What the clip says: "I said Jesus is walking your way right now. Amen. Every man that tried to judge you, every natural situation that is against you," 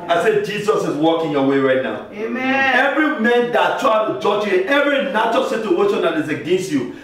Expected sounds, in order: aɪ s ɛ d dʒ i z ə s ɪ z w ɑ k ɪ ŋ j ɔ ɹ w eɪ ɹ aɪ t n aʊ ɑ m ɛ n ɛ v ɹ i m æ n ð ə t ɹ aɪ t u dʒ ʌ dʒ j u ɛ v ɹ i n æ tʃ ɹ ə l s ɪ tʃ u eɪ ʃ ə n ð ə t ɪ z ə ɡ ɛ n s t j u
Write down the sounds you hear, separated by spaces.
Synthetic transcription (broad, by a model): aɪ s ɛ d dʒ i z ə s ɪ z w ɑ k ɪ ŋ j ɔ w eɪ ɹ aɪ t n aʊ ɑ ʊ ɛ v ɹ i m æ n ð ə t ɹ aɪ t u dʒ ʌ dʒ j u ɛ v ɹ i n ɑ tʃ ə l s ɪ tʃ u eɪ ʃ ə n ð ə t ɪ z ə ɡ ɛ n s t j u